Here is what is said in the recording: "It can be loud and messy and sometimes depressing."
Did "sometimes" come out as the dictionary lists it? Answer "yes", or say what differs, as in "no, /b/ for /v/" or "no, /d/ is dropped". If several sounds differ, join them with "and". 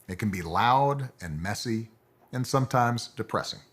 yes